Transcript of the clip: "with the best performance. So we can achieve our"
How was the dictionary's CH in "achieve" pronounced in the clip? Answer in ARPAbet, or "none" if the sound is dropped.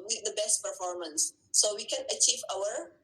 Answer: CH